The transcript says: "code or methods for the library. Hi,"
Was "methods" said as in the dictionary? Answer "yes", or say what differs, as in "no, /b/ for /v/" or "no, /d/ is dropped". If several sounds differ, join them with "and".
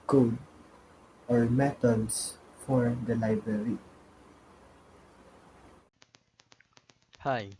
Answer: no, /t/ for /θ/ and /s/ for /z/